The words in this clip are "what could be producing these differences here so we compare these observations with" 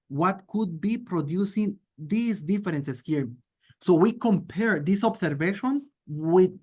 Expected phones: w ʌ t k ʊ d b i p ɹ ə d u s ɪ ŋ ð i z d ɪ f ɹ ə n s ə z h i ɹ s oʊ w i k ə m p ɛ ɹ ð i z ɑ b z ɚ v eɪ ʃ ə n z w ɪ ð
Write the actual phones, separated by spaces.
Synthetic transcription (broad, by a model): w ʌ t k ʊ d b i p ɹ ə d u s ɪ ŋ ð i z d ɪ f ɹ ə n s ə s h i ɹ s oʊ w i k ə m p ɛ ɹ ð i s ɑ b s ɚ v eɪ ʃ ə n s w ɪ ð